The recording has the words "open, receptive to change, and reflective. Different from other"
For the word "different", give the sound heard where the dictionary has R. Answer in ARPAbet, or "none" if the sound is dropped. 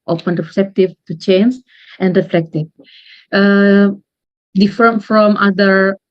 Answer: none